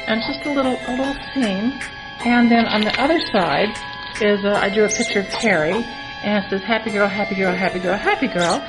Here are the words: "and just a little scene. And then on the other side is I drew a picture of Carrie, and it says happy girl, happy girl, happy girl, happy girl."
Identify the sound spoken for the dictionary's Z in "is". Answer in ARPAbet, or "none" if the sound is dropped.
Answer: Z